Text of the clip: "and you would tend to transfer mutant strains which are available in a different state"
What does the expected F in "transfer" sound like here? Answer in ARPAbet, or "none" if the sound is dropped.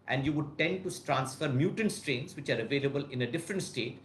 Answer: F